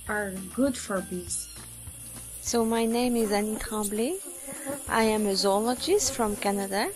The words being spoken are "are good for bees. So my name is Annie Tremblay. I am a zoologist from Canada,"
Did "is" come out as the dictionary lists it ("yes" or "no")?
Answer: yes